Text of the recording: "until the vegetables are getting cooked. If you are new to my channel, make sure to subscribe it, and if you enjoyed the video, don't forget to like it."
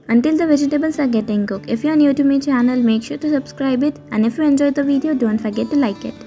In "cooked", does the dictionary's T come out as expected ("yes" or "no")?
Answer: no